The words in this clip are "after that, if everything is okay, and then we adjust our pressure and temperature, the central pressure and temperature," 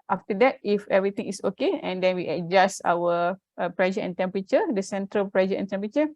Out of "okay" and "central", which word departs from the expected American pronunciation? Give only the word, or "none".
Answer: none